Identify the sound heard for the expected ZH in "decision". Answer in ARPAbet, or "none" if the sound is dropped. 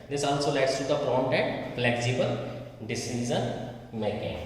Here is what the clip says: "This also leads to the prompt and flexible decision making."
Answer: Z